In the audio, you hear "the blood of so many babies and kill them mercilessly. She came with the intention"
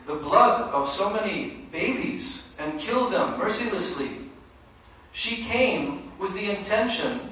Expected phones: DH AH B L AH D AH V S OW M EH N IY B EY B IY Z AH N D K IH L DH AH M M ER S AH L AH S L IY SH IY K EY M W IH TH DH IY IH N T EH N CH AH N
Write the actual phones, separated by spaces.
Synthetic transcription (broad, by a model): DH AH B L AH D AH V S OW M EH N IY B EY B IY Z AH N K IH L DH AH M M ER S AH L AH S L IY SH IY K EY M W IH DH IY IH N T EH N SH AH N